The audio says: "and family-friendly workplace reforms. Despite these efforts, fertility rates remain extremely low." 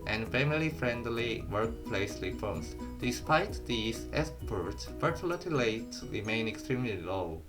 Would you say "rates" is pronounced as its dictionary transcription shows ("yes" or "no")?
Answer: no